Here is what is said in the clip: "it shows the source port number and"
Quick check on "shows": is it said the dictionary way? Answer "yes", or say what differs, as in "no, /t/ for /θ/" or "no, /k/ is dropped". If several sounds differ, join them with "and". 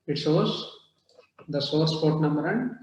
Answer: no, /s/ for /ʃ/